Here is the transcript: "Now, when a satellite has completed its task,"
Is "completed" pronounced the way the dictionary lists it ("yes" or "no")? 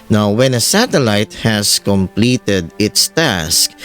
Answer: yes